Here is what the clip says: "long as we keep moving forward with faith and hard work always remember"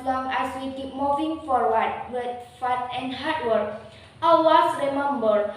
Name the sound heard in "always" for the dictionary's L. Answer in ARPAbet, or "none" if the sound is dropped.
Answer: none